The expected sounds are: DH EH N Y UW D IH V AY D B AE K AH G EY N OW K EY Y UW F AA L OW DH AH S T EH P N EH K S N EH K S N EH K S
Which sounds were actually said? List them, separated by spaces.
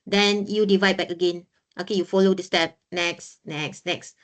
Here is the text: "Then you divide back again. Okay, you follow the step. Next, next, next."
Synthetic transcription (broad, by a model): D EH N Y UW D IH V AY D B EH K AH G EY N OW K EY Y UW F AA L OW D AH S T EH P N EH K S N EH K S N EH K S